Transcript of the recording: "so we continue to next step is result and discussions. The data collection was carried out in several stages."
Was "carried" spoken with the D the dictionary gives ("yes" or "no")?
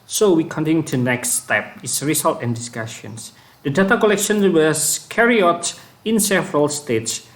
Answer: no